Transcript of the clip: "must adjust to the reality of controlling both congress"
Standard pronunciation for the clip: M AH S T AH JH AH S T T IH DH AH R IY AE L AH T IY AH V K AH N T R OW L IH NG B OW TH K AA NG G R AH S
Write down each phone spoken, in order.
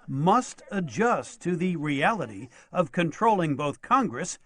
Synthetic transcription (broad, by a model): M AH S T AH JH AH S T T IH DH AH R IY AE L AH T IY AH V K AH N T R OW L IH NG B OW TH K AA NG G R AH S